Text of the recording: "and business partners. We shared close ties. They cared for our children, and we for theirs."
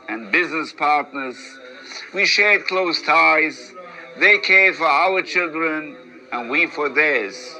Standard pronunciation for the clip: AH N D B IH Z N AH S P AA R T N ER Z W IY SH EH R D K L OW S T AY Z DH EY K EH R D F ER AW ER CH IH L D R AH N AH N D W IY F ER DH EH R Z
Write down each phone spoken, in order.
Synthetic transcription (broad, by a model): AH N B IH Z N AH S P AA R T N ER Z W IY SH EH R D K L OW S T AY Z DH EY K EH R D F ER AW ER CH IH L D R AH N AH N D W IY F ER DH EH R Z